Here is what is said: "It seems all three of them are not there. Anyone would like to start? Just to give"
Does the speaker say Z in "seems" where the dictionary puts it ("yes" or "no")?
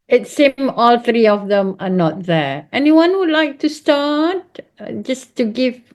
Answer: no